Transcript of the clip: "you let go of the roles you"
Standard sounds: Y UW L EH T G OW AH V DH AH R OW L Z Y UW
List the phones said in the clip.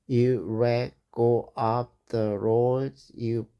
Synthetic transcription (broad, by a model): Y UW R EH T G OW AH P DH AH R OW Z Y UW